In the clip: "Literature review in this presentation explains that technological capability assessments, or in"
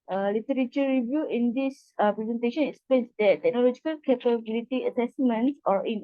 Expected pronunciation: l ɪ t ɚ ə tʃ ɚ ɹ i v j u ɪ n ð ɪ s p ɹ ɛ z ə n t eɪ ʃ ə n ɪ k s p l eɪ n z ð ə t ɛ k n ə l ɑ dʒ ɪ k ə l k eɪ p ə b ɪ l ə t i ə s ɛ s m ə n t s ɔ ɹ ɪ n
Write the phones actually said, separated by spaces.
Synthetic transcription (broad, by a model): l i t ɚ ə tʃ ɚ ɹ i v j u ɪ n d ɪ s p ɹ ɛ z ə n t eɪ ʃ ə n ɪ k s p eɪ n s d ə t ɛ k n ə l ɑ dʒ ɪ k ə l k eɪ p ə b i l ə t i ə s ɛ s m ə n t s ɔ ɹ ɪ n